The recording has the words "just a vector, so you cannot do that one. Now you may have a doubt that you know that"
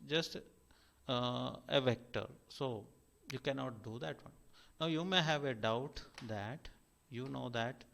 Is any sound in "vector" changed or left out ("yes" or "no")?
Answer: no